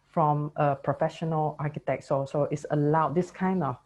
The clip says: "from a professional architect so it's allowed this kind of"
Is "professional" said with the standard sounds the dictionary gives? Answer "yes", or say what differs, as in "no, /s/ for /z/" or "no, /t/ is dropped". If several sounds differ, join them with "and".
yes